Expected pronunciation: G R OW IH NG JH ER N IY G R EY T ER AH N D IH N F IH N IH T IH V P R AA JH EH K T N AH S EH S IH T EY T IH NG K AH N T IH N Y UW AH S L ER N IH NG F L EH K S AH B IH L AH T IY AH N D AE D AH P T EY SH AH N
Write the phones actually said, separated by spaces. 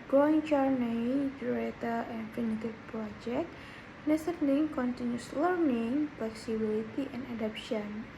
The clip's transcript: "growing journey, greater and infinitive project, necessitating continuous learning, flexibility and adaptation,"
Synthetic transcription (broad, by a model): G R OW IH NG CH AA N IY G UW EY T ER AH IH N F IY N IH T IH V P R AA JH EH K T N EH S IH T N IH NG K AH N T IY N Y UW S L ER N IH NG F L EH K S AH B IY L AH T IY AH N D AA D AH P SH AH N